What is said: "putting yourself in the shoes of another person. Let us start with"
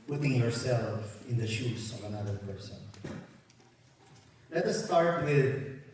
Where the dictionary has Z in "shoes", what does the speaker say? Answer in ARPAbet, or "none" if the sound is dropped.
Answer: S